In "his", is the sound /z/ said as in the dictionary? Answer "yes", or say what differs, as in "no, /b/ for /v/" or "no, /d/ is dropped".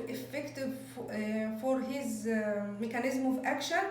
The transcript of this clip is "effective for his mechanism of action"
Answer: yes